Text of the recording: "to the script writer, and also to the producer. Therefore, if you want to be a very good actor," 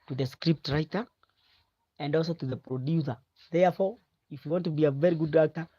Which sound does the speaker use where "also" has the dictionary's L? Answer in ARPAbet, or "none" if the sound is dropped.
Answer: L